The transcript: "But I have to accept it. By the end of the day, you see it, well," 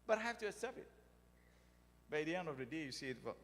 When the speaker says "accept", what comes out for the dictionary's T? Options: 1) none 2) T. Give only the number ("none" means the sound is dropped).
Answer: 1